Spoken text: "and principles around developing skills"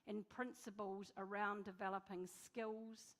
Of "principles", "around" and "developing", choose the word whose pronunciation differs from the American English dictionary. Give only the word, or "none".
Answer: none